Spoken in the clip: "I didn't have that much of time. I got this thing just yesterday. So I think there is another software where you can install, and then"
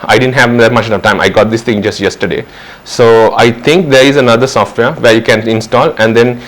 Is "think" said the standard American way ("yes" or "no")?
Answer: no